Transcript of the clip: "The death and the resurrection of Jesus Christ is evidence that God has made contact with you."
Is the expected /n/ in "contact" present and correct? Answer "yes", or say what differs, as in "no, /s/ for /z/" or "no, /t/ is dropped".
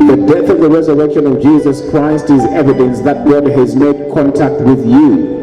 yes